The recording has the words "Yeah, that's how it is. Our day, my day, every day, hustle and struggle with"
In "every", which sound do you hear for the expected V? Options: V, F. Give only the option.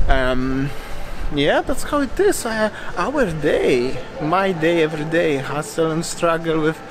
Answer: V